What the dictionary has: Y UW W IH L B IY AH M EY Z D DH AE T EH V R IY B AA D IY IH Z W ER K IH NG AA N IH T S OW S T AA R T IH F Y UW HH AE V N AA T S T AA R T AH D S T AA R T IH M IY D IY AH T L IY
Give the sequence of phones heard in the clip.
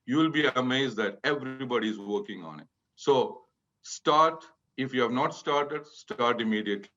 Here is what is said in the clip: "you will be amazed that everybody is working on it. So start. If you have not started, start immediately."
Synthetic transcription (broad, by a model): Y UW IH L B IY AH M EY Z D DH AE T EH V R IY B AA D IY IH Z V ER K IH NG AA N IH T S OW S T AA R T IH F Y UW HH AE V N AA T S T AA R T AH D S T AA R T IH M IY D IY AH T L IY